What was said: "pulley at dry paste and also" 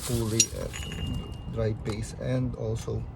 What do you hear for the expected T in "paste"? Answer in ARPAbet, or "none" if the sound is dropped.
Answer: none